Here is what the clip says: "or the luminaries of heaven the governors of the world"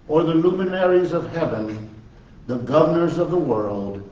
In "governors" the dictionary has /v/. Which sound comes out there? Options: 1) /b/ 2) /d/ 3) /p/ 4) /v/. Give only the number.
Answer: 4